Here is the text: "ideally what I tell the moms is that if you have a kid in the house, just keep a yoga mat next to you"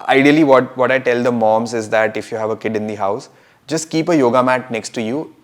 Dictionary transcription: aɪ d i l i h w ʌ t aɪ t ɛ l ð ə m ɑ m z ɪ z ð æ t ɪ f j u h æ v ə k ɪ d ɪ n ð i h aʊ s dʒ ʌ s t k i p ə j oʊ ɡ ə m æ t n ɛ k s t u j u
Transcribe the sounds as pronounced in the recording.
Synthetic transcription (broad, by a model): aɪ d i l i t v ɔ t aɪ t ɛ l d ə m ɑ m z ɪ z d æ t ɪ f j u h æ v ə k ɪ d ɪ n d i h aʊ s dʒ ʌ s t k i p ə j oʊ ɡ ə m æ t n ɛ k s t u j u